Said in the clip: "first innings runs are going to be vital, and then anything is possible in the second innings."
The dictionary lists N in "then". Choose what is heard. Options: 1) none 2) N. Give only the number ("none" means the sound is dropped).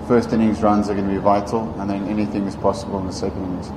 2